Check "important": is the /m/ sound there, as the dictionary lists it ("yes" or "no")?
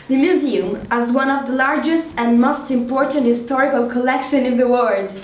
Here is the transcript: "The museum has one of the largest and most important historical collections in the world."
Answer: yes